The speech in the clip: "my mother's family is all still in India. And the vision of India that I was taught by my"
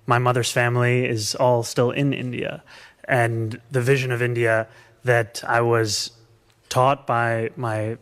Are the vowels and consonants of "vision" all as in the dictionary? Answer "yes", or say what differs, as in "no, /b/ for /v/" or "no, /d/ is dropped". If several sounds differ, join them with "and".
yes